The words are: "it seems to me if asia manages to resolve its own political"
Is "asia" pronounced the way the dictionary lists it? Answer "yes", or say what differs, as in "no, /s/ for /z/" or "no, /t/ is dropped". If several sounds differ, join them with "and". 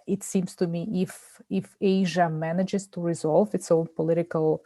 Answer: yes